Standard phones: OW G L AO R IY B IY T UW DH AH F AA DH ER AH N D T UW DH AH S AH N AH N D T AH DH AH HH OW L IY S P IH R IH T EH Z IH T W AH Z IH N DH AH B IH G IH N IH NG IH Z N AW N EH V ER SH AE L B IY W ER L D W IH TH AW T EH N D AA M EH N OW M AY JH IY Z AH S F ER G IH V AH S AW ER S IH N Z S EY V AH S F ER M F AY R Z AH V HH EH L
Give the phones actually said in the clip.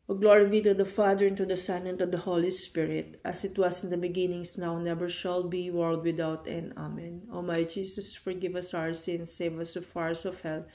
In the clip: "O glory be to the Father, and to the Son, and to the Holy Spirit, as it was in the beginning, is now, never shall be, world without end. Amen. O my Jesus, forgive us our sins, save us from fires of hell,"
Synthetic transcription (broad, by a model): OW G L AO R IY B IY T UW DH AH F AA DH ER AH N T UW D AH S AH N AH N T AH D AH HH OW L IY S P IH R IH T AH S IH T W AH S IH N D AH B IH G IH N IH NG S N AW N EH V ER SH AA L B IY W ER L D W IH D AW T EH N AA M EH N OW M AY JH IY S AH S F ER G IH V AH S AW ER S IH N S EY V AH S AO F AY R S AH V HH EH L